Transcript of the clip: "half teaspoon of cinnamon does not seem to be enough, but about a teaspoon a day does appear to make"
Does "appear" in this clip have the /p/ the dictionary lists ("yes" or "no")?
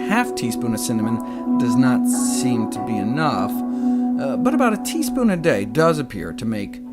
yes